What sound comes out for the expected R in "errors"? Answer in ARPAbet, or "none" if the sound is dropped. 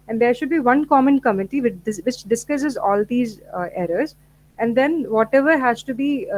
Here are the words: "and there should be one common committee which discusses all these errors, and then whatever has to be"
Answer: R